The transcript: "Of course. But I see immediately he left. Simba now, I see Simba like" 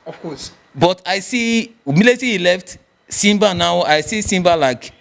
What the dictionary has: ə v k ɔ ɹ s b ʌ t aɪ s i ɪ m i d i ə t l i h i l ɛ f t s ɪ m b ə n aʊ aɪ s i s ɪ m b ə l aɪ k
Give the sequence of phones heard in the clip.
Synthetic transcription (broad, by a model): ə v k ɔ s b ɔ t aɪ s i m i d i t i h i l ɛ f t s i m b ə n aʊ aɪ s i s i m b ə l aɪ k